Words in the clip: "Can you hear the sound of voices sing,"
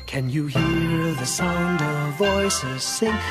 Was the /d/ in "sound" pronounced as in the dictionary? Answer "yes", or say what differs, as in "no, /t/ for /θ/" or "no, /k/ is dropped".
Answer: yes